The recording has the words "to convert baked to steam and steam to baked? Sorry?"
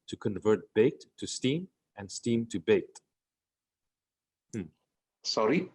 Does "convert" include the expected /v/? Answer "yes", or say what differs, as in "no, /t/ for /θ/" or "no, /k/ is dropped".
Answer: yes